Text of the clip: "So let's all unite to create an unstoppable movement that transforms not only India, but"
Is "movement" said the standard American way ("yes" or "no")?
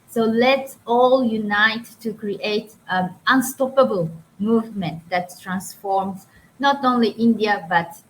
yes